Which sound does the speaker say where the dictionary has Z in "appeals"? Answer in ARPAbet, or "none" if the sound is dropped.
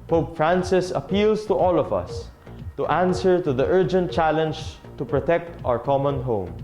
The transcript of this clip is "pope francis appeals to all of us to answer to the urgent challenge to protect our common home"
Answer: S